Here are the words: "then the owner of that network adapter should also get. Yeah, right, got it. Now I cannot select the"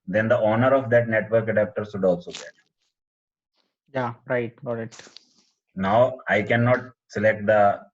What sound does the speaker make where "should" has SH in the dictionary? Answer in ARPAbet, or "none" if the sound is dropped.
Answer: S